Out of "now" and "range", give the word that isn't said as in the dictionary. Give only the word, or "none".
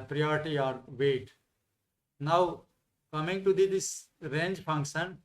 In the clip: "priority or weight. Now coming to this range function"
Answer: none